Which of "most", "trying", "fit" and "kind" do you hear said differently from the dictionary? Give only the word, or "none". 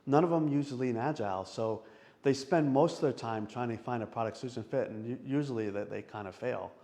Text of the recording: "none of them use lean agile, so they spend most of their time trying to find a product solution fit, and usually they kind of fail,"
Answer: none